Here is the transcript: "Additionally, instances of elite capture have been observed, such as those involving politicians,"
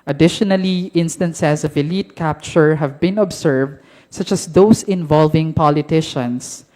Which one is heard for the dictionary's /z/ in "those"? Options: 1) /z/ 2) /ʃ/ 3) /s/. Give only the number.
3